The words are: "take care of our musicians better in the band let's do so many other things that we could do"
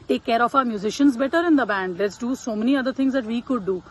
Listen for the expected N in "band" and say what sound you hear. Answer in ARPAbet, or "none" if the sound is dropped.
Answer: N